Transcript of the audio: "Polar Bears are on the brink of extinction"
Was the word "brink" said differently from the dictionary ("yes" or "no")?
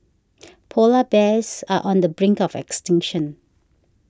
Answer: no